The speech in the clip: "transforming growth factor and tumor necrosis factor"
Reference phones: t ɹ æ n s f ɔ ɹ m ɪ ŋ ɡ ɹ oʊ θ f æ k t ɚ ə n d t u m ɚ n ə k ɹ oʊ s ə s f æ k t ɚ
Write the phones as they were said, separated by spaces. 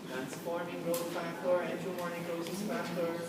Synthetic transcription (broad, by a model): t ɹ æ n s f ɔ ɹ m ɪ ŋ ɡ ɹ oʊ s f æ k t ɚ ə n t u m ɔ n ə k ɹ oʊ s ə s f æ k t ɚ